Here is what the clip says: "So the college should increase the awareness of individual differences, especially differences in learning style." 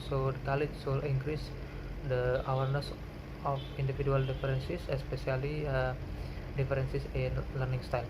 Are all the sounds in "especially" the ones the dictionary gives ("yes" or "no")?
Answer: no